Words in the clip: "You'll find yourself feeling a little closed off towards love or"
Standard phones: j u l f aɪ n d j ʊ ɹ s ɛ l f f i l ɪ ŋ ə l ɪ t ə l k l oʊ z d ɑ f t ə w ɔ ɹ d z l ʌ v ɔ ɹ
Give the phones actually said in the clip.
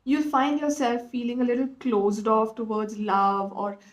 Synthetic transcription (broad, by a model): j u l f aɪ n d j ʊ ɹ s ɛ l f f i l ɪ ŋ ə l ɪ t ə l k l oʊ z d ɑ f t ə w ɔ ɹ d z l ʌ v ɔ ɹ